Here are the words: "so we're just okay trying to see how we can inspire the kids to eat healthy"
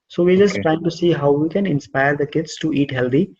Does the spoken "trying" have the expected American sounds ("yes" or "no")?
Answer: yes